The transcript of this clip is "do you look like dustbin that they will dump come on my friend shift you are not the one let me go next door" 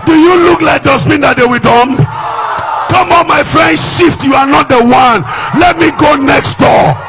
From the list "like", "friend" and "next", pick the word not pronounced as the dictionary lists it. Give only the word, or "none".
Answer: none